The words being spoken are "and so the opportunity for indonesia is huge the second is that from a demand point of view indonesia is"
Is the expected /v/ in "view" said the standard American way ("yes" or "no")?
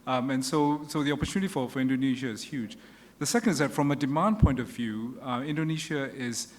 yes